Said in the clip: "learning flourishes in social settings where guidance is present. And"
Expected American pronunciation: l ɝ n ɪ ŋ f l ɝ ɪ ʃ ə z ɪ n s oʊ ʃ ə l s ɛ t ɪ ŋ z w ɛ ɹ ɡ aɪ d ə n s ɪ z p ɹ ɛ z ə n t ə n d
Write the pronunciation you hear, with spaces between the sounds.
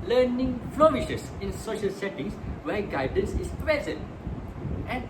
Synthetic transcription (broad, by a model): l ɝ n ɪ ŋ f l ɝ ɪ ʃ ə s ɪ n s oʊ ʃ ə l s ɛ t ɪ ŋ s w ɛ ɡ aɪ d ə n s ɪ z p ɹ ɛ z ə n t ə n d